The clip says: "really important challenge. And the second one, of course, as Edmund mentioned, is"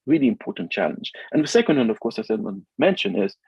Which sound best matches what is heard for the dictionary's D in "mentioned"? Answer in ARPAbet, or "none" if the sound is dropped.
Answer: none